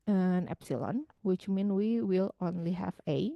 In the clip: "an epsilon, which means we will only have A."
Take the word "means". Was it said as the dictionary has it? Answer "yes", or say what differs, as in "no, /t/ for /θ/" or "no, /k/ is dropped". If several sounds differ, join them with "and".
no, /z/ is dropped